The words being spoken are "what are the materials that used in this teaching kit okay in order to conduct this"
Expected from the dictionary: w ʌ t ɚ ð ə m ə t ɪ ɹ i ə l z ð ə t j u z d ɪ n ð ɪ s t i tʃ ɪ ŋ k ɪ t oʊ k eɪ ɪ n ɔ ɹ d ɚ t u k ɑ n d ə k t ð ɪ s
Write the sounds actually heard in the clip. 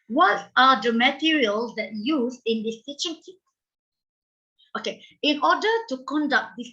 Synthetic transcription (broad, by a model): w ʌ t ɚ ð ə m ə t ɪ ɹ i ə l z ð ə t j u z ɪ n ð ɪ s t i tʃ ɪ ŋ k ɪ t oʊ k eɪ ɪ n ɔ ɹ d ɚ t u k ɑ n d ə k t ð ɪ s